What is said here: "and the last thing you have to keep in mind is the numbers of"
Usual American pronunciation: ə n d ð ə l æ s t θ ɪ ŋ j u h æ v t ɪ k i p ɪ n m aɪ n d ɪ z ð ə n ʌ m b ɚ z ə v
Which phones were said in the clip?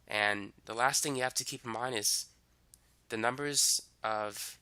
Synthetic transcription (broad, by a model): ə n ð ə l æ s t θ ɪ ŋ j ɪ h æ f t ɪ k i p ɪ m aɪ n ɪ z ð ə n ʌ m b ɚ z ə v